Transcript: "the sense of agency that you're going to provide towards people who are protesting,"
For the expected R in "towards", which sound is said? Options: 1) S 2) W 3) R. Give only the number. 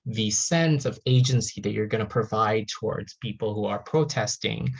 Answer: 3